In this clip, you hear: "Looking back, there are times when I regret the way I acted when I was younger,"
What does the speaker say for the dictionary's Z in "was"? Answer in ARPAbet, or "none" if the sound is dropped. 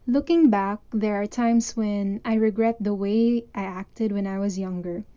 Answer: Z